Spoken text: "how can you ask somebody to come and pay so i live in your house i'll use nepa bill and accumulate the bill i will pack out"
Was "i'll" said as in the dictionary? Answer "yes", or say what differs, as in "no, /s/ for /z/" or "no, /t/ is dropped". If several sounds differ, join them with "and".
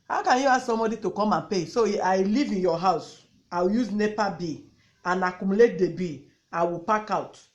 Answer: no, /w/ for /l/